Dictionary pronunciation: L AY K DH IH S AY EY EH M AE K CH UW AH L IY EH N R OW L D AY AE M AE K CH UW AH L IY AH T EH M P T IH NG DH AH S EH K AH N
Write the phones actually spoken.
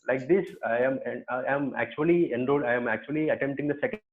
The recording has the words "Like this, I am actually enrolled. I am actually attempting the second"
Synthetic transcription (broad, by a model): L AY K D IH S AY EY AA M AE K CH UW AH L IY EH N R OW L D AY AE M AE K CH UW AH L IY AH T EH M T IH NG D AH S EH K